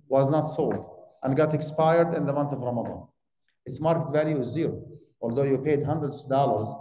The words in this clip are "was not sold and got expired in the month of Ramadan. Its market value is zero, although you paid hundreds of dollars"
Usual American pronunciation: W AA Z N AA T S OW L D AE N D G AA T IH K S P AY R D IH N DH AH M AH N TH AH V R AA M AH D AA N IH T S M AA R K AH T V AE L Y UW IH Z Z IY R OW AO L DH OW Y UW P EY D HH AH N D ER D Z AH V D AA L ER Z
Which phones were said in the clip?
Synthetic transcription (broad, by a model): W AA Z N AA T S OW L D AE N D G AA T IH K S P AY R D IH N DH AH M AH N TH AH V R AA M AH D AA N IH T S M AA R K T V AE L Y UW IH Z Z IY R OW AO L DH OW Y UW P EY D HH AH N D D AH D D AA L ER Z